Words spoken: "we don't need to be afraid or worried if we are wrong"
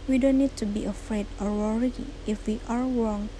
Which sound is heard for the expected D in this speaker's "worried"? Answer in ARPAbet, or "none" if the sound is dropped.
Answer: none